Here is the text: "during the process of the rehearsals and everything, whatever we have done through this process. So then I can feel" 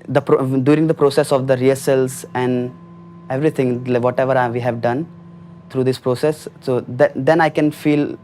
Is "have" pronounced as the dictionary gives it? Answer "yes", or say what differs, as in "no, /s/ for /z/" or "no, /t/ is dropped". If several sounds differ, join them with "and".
yes